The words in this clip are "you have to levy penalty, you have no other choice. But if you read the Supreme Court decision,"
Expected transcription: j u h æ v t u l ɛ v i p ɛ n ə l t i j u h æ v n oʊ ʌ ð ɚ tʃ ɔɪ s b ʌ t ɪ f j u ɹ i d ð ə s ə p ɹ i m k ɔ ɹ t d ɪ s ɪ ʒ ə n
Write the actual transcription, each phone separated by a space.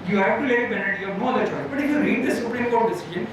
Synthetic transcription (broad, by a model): j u h æ v t u l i b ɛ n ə t j u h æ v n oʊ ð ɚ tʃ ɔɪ b ʌ t ɪ f j u ɹ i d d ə s ə p ɹ i m k ɔ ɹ t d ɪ s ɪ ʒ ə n